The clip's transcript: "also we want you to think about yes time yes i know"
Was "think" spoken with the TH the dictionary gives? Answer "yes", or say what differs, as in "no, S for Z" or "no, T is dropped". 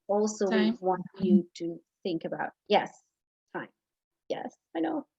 yes